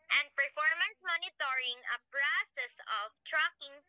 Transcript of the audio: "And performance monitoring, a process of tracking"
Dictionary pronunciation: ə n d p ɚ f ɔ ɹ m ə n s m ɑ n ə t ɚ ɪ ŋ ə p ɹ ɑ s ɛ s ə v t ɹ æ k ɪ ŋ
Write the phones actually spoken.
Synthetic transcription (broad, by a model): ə n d p ɚ f ɔ ɹ m ə n s m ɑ n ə t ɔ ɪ ŋ ə b ɹ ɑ s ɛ s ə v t ɹ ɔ k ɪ ŋ